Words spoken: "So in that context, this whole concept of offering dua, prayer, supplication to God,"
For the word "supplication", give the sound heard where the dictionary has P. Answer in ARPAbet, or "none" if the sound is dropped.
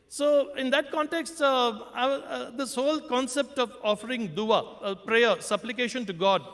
P